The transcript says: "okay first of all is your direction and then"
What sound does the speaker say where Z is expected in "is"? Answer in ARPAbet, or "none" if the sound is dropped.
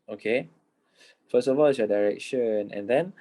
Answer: S